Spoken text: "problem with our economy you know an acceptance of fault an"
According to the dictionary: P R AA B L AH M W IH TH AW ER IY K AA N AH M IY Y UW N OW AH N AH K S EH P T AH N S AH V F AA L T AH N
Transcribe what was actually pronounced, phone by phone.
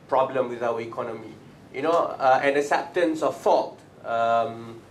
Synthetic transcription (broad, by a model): P R AA B L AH M W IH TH AW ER IY K AA N AH M IY Y UW N OW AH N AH S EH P T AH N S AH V F AA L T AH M